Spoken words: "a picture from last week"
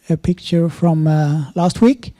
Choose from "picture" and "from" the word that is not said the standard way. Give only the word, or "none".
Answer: none